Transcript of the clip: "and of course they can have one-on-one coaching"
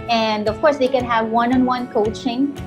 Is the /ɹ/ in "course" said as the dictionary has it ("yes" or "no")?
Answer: yes